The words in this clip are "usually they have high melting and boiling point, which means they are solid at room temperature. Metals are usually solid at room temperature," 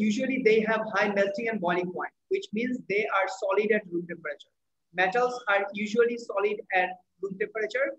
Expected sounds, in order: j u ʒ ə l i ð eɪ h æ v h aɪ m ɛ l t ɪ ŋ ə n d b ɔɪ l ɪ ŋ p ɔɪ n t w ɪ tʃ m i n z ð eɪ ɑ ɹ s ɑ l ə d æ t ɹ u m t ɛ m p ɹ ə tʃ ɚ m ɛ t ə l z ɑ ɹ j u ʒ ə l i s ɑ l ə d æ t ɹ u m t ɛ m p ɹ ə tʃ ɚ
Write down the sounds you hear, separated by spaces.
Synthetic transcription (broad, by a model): j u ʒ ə l i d eɪ h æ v h aɪ m ɛ l t ɪ ŋ ə n d b ɔɪ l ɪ ŋ p ɔɪ n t w ɪ tʃ m i n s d eɪ ɑ ɹ s ɑ l ə d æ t ɹ u m t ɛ m p ɹ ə tʃ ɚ m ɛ t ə l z ɑ ɹ j u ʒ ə l i s ɑ l ə d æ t ɹ u m t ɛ m p ɹ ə tʃ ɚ